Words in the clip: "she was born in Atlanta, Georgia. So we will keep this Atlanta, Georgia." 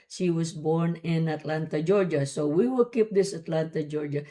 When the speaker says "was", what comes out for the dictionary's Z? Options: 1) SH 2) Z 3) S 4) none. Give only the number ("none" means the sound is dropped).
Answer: 3